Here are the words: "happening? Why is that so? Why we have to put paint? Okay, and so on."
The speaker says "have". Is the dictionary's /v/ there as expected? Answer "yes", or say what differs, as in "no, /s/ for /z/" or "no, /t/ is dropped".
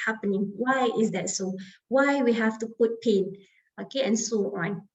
no, /f/ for /v/